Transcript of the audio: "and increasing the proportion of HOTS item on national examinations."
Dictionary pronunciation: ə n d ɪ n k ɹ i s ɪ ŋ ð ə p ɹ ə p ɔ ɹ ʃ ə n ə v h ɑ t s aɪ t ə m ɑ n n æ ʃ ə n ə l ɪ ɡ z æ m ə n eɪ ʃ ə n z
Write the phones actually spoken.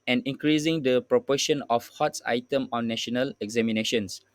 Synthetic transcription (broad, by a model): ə n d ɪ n k ɹ i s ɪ ŋ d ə p ɹ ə p ɔ ʃ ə n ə f h ɑ t s aɪ t ə m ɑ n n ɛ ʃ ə n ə l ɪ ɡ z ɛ m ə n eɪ ʃ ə n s